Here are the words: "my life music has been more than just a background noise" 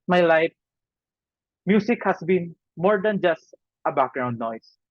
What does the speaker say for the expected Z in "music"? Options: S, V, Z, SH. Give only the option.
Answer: S